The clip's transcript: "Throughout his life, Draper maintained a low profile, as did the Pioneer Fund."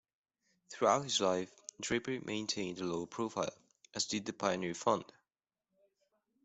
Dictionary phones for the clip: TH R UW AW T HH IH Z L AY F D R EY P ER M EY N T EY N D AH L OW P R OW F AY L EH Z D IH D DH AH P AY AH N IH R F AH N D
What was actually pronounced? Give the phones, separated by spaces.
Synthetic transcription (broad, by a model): TH R UW AW T HH IH Z L AY F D R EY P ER M EY N T EY N D AH L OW P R OW F AY L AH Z D IH D DH AH P AY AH N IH R F AH N D